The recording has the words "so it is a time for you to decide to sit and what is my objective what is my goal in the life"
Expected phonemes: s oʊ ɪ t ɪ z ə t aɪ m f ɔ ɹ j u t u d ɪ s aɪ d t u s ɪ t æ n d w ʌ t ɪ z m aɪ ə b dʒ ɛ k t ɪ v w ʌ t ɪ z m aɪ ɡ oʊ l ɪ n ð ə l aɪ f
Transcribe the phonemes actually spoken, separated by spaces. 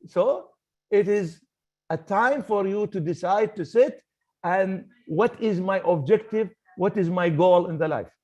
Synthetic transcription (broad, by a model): s oʊ ɪ t ɪ z ə t aɪ m f ɔ ɹ j u t u d ɪ s aɪ d t u s ɪ t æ n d w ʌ t ɪ z m aɪ ə b dʒ ɛ k t ɪ v w ʌ t ɪ z m aɪ ɡ oʊ l ɪ n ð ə l aɪ f